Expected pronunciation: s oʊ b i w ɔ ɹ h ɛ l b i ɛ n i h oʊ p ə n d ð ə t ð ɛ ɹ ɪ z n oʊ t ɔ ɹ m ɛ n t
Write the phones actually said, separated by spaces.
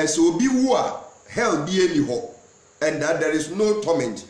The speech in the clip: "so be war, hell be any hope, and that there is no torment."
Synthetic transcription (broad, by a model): s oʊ b i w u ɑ h ɛ l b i ɛ n i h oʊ ə n d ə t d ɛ ɹ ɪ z n oʊ t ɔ m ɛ n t